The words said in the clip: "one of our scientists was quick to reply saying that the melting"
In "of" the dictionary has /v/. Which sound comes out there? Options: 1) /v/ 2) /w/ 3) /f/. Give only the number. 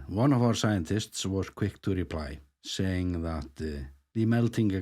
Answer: 1